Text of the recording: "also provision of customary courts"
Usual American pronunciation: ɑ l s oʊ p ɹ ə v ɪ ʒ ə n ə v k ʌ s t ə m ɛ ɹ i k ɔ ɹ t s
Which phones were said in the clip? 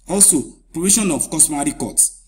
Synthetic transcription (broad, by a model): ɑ l s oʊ p ɹ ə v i ʃ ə n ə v k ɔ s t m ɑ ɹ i k ɔ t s